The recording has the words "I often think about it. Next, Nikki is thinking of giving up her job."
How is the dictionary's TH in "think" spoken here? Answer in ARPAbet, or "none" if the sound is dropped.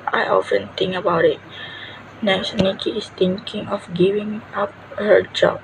T